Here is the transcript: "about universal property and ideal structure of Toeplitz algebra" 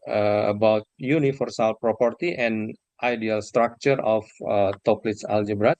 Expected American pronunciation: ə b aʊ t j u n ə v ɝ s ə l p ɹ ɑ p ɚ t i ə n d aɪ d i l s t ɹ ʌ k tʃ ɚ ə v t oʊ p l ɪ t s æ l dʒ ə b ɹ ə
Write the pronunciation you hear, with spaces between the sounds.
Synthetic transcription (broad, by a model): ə b aʊ t j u n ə f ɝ s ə l p ɹ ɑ p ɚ t i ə n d aɪ d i l s t ɹ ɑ k tʃ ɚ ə f t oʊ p l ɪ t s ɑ l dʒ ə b ɹ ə